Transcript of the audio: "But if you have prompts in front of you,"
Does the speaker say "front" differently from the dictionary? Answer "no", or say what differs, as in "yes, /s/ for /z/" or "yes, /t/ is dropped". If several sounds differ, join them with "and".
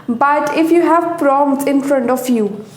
no